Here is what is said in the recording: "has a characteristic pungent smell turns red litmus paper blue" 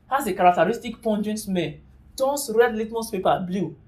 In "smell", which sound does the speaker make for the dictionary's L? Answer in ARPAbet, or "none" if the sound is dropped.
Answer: N